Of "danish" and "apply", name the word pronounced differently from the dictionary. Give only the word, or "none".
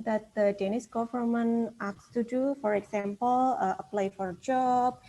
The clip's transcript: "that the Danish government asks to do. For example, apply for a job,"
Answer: danish